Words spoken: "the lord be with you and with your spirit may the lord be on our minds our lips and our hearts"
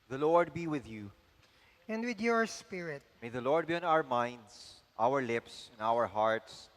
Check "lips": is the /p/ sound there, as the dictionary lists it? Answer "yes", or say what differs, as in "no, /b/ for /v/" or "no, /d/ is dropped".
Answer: yes